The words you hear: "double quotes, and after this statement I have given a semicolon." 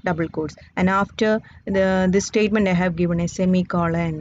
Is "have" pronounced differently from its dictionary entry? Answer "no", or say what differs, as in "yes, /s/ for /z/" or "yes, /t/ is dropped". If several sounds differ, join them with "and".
no